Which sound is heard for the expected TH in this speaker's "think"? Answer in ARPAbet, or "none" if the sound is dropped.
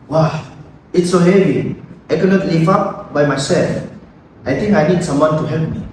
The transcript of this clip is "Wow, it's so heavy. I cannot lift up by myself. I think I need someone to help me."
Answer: T